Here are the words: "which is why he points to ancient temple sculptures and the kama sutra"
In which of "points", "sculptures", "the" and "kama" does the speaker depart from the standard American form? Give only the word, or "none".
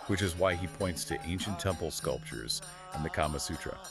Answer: none